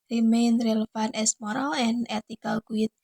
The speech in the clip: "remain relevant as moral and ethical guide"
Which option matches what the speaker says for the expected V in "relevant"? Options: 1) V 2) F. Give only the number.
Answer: 2